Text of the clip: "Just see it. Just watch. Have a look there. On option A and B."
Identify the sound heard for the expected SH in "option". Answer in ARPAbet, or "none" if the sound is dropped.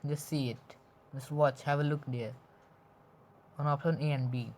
none